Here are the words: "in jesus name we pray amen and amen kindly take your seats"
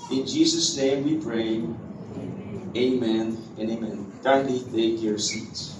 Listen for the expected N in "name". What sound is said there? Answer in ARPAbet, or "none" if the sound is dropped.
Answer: N